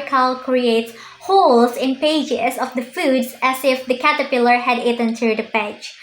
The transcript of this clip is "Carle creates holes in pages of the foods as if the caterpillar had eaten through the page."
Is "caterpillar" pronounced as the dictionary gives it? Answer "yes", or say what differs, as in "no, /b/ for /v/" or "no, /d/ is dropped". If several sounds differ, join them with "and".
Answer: yes